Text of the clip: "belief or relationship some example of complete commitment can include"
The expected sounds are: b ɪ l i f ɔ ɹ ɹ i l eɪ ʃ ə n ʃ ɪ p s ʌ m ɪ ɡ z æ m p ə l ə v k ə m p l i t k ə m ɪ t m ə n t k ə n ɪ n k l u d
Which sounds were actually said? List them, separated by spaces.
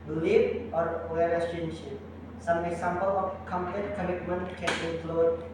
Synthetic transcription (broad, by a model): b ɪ l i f ɔ ɹ w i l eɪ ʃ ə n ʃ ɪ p s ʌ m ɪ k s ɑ m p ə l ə f k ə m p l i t k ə m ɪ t m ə n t k ə n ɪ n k l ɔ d